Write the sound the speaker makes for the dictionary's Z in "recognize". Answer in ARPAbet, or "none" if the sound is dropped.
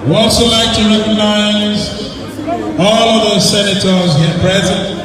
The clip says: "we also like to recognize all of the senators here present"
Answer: Z